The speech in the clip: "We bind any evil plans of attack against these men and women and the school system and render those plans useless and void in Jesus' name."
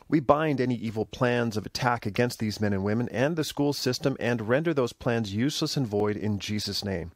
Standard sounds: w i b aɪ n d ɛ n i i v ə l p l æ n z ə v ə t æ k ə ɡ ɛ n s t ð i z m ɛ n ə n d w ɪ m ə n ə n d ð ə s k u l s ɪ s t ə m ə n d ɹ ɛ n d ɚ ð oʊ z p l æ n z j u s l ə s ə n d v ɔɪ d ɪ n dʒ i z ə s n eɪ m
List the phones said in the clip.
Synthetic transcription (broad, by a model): w i b aɪ n d ɛ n i i v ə l p l æ n z ə v ə t æ k ə ɡ ɛ n s t ð i z m ɛ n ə n w ɪ m ə n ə n ð ə s k u l s ɪ s t ə m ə n ɹ ɛ n d ɚ ð oʊ z p l æ n z j u s l ə s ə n v ɔɪ d ɪ n dʒ i z ə s n eɪ m